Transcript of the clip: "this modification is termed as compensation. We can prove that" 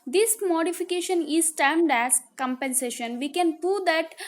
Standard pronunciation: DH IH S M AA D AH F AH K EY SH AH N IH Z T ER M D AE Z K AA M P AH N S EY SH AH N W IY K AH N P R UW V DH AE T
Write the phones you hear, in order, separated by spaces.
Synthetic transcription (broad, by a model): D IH S M AA D AH F AH K EY SH AH N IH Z T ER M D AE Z K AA M P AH N S EY SH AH N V IY K AH N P UW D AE T